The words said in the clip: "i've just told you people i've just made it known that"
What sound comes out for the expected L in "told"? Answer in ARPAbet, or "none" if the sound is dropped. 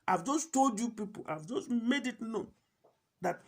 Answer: L